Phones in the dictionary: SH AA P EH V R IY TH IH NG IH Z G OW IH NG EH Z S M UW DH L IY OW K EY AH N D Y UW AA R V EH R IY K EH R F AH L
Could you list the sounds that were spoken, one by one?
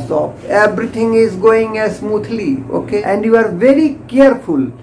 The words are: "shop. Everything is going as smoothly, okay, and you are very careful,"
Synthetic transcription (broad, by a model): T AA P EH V R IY T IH NG IH Z G OW IH NG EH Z S M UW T L IY OW K EY AH N D Y UW AA R V EH R IY K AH R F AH L